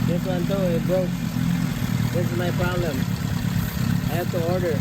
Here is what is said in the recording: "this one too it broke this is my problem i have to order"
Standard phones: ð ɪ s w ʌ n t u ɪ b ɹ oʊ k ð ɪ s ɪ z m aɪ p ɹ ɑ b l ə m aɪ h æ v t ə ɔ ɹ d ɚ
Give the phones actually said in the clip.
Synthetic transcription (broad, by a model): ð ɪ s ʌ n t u ɪ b oʊ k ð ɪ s ɪ z m aɪ p ɹ ɑ b l ə m aɪ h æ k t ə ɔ ɹ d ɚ